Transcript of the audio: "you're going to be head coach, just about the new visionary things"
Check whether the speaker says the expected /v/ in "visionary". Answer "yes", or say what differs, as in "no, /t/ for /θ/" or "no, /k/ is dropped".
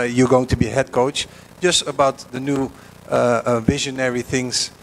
yes